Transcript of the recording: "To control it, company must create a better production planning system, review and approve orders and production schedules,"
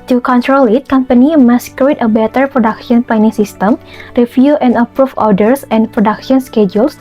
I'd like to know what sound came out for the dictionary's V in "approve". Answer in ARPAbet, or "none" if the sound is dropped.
F